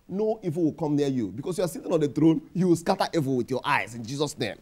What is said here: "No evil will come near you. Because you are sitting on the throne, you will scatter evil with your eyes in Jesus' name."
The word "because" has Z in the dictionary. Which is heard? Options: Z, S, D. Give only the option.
S